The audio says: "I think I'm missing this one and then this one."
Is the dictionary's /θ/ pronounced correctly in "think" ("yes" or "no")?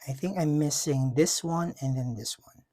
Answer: yes